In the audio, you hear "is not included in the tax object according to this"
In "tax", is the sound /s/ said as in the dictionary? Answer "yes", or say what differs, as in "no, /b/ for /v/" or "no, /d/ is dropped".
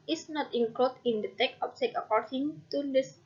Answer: no, /s/ is dropped